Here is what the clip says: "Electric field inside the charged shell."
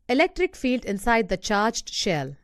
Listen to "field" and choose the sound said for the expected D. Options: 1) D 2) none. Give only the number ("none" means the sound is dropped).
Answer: 1